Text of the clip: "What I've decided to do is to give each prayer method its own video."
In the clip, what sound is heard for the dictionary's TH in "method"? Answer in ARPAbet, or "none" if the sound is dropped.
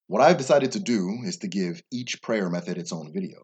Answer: TH